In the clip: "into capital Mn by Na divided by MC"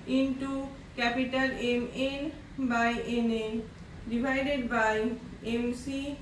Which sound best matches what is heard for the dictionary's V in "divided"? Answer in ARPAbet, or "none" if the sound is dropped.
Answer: B